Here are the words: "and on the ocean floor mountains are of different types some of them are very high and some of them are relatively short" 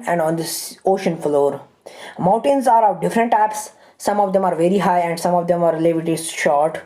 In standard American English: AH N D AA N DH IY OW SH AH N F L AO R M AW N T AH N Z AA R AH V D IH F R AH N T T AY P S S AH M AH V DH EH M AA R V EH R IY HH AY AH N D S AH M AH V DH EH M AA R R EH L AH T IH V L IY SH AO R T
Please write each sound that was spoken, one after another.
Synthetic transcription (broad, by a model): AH N D AA N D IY OW SH AH N F L AO R M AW N T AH N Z AA R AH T D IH F R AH N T T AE P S S AH M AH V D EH M AA R V EH R IY HH AY AH N D S AH M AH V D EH M AA R L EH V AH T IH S SH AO R T